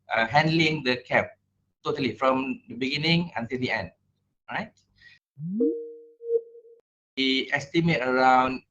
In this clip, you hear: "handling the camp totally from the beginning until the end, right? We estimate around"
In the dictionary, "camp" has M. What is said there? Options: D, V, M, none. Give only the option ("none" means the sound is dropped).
none